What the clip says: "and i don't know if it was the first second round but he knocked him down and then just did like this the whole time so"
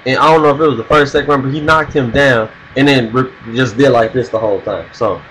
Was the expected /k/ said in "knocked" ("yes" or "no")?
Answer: yes